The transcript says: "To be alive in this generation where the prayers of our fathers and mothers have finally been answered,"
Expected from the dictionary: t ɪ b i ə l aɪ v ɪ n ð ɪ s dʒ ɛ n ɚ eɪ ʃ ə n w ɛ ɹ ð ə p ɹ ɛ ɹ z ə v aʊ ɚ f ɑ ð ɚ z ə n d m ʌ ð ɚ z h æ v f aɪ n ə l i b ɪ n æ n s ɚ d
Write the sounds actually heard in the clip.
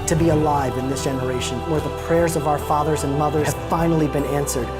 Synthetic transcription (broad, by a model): t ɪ b i ə l aɪ v ɪ n ð ɪ s dʒ ɛ n ɚ eɪ ʃ ə n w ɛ ɹ ð ə p ɹ ɛ ɹ z ə v aʊ ɚ f ɑ ð ɚ z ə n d m ʌ ð ɚ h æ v f aɪ n l i b ɪ n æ n s ɚ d